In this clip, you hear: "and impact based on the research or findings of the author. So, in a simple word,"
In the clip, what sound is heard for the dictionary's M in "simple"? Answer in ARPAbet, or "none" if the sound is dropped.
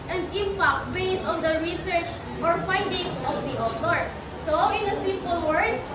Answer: none